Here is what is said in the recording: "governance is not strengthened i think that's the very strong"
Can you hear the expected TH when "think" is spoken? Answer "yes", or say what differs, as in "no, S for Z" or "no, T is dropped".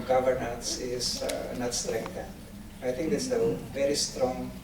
no, T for TH